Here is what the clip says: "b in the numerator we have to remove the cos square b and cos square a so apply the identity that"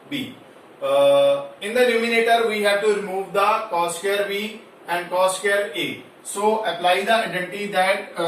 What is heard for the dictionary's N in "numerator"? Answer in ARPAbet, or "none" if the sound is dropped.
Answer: L